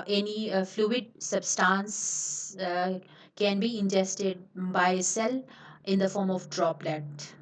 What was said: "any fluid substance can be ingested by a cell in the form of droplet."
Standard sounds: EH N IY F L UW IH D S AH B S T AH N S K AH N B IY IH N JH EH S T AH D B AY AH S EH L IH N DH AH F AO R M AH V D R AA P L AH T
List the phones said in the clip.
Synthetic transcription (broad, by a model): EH N IY F L UW IH D S AH B S T AH N S K AH N B IY IH N JH EH S T AH D B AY AH S EH L IH N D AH F AO R M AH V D R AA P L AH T